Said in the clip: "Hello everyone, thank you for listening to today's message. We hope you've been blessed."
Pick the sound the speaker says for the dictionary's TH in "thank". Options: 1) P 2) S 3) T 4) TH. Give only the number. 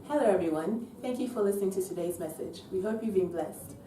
4